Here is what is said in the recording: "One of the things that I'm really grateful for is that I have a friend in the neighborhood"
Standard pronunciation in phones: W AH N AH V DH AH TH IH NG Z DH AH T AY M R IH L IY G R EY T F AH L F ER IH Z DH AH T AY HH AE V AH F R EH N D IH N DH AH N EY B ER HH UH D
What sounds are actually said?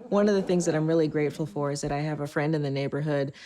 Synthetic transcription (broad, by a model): W AH N AH V DH AH TH IH NG Z DH AH T AY M R IH L IY G R EY T F L F ER IH Z DH AH T AY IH V AH F R EH N D IH N DH AH N EY B ER HH UH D